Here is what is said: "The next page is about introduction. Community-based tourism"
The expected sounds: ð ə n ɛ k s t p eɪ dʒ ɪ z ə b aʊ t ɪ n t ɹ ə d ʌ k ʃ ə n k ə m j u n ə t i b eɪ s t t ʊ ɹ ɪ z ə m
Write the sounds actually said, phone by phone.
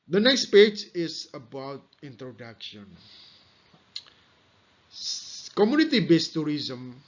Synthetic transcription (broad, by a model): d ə n ɛ k s t p eɪ dʒ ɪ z ə b aʊ t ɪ n t ɹ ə d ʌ k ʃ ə n k ə m j u n ə t i b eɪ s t t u ɹ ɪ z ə m